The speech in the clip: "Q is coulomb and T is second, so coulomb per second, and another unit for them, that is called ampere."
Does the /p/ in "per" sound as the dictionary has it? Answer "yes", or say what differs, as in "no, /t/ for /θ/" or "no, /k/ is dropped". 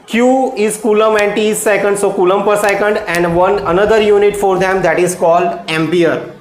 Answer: yes